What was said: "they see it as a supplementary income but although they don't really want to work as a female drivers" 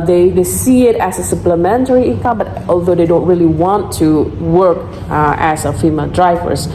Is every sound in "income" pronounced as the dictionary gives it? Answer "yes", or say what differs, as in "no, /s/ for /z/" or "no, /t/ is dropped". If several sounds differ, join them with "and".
no, /n/ is dropped